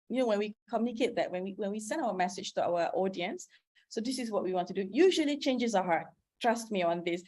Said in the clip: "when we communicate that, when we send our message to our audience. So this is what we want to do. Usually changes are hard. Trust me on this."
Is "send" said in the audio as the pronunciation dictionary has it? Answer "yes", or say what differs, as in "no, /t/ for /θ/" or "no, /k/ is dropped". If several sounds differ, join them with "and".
yes